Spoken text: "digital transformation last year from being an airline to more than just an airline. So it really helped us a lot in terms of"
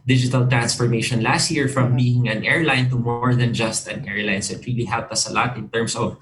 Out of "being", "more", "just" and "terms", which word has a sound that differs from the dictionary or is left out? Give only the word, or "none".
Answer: terms